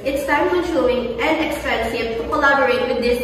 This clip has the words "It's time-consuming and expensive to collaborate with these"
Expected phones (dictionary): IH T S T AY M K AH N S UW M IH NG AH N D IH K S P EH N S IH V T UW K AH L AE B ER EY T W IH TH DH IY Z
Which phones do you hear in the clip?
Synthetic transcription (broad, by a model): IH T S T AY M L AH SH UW IH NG AH N D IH K S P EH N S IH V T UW K AH L AE B ER EY T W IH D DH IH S